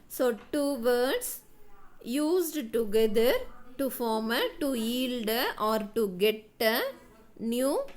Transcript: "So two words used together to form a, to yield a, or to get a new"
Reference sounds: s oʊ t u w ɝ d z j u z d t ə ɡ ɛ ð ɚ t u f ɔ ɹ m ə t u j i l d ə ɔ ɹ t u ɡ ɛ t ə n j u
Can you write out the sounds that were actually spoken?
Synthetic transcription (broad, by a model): s oʊ t u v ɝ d s j u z d t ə ɡ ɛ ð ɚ t u f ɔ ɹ m ə t u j i l d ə ɔ ɹ t u ɡ ɛ t ə n j u